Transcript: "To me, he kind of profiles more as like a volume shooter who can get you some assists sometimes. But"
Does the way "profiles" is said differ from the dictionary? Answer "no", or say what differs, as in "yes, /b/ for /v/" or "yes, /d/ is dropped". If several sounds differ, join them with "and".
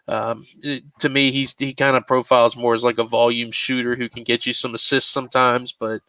no